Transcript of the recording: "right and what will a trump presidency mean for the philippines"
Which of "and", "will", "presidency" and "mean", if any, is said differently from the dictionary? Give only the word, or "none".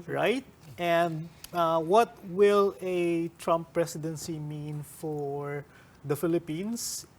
presidency